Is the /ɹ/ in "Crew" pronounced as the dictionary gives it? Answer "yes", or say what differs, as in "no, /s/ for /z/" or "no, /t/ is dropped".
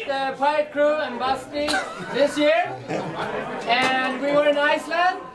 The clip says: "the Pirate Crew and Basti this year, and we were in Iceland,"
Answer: yes